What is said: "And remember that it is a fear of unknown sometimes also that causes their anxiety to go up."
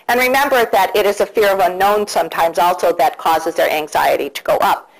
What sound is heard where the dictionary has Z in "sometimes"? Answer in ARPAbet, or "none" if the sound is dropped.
Z